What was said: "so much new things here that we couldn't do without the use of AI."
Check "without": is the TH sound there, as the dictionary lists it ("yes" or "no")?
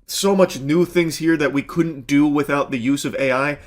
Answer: yes